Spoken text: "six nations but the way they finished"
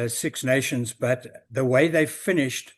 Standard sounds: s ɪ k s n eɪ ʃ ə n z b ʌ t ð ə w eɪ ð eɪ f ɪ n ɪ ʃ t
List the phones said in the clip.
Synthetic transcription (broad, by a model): s ɪ k s n eɪ ʃ ə n z b ʌ t ð ə w eɪ ð eɪ f ɪ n ɪ ʃ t